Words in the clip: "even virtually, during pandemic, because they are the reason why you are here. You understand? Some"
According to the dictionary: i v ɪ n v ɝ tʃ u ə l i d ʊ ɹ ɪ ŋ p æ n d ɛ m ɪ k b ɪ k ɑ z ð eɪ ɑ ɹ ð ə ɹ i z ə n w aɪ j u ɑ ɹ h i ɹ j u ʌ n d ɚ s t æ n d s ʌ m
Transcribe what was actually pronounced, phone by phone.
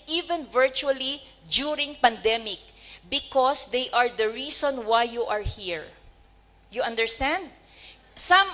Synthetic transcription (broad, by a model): i v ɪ n v ɝ tʃ u ə l i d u ɹ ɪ ŋ p æ n d ɛ m ɪ k b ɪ k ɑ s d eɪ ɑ ɹ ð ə ɹ i s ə n w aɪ j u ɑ ɹ h i ɹ j u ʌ n d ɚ s t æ n d s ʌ m